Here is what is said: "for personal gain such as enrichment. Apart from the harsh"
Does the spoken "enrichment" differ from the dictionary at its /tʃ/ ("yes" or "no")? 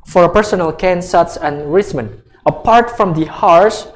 yes